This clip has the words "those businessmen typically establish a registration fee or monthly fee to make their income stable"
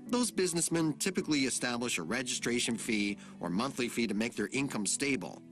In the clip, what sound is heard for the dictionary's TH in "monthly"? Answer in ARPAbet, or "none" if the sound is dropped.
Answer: TH